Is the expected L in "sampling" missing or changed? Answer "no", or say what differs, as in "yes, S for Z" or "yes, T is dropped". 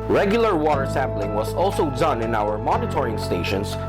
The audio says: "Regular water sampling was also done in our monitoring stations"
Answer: no